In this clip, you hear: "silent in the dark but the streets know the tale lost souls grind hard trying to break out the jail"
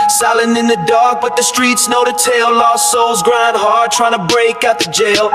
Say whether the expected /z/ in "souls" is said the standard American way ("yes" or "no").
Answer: yes